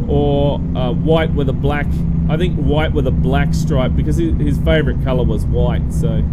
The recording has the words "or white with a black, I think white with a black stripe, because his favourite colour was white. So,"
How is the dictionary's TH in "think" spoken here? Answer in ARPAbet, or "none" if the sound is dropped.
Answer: TH